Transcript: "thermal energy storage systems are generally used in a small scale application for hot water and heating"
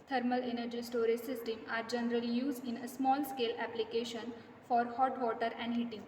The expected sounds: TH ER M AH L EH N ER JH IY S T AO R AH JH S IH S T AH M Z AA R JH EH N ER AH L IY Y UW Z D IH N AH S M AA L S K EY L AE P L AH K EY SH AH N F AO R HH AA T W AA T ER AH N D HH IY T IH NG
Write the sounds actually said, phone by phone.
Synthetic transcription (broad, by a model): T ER M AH L EH N ER JH IY S T AO R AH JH S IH S T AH M AA R JH EH N ER AH L IY Y UW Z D IH N AH S M AA L S K EY L AE P L AH K EY SH AH N F AO R HH AA T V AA T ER AH N D HH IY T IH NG